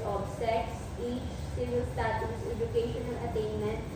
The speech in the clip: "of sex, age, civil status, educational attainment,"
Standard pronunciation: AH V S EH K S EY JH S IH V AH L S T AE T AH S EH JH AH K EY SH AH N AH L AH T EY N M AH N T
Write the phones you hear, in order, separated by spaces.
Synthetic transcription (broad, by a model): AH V S EH K S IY CH S IH V AH L S T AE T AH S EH JH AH K EY SH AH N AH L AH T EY N M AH N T